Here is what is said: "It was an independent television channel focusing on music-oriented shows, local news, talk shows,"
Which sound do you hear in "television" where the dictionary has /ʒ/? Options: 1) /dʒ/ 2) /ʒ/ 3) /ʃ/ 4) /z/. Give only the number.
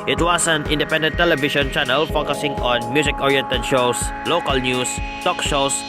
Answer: 3